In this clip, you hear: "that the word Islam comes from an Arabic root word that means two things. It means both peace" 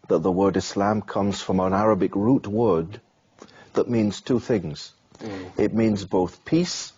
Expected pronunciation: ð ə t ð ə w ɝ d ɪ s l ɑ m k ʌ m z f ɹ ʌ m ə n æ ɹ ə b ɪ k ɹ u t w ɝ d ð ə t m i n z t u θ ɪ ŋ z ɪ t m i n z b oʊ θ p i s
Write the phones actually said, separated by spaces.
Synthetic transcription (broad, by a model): ð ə t ð ə w ɝ d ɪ s l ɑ m k ʌ m z f ɹ ʌ m ə n æ ɹ ə b ɪ k ɹ u t w ɝ d ð ə t m i n z t u θ ɪ ŋ z ɪ t m i n z b oʊ θ p i s